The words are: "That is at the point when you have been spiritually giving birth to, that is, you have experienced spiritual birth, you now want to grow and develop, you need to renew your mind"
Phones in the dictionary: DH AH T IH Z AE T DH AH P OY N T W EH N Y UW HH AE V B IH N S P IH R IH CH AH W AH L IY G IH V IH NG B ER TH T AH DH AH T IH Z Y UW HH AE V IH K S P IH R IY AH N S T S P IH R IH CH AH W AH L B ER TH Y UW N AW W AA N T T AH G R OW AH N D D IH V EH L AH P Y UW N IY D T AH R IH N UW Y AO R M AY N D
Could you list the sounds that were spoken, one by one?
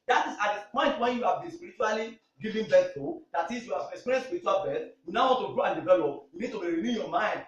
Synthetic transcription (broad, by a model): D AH T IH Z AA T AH P OY N T W EH N Y UW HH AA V B IH N S P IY R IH CH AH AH L IY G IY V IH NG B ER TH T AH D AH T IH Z Y UW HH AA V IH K S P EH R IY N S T S P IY R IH CH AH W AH L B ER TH Y UW N AW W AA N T T AH G R OW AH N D D IH V EH L AH P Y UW N IY D T AH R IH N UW Y AO M AY N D